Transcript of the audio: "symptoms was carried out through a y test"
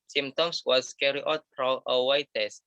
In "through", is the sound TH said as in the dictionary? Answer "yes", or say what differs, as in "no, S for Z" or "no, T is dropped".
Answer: no, F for TH